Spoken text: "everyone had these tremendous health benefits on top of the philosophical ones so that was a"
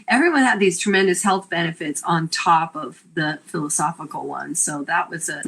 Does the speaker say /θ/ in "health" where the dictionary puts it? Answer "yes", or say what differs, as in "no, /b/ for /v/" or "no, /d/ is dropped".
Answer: yes